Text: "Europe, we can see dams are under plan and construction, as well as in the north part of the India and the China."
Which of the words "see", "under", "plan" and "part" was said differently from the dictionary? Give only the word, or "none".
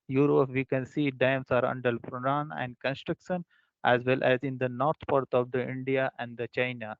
plan